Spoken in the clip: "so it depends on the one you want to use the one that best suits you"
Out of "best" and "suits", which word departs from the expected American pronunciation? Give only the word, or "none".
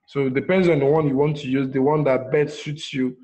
best